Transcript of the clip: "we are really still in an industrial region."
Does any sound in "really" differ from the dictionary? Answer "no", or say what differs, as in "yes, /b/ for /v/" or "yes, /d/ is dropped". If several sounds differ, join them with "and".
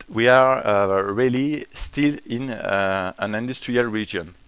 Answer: no